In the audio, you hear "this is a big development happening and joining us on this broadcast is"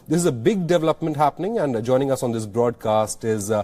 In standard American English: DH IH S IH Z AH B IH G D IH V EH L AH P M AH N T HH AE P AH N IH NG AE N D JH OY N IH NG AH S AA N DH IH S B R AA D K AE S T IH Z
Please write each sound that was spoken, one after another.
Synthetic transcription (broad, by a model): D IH S IH Z AH B IH G D IH V EH L AH P M AH N T HH AE P AH N IH NG AE N D JH OY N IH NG AH S AA N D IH S B R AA D K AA S T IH Z